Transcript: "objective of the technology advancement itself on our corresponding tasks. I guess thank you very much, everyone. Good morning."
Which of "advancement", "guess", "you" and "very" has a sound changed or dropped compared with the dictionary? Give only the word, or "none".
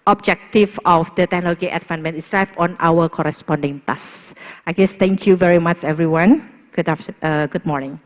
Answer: advancement